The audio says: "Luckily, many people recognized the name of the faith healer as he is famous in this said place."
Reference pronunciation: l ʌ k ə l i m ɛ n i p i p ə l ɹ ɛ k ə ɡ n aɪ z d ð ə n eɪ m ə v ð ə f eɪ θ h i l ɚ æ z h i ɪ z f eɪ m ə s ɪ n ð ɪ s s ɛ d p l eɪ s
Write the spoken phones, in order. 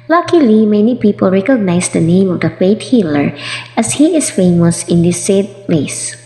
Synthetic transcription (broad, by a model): l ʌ k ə l i m ɛ n i p i p ə l ɹ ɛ k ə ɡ n aɪ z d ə n eɪ m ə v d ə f eɪ t h i l ɚ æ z h i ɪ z f eɪ m ə s ɪ n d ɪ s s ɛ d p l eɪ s